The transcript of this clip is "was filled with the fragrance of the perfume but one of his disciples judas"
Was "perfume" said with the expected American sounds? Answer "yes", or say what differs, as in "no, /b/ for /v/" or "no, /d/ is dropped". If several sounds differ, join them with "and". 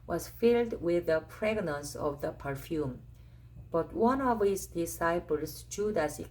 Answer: yes